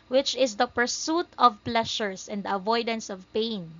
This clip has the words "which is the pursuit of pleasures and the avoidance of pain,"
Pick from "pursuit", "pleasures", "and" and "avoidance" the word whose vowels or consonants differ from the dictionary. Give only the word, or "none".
pleasures